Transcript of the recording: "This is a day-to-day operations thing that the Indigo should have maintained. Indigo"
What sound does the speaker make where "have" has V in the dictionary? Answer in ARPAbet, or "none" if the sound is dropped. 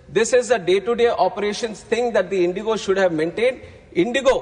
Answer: V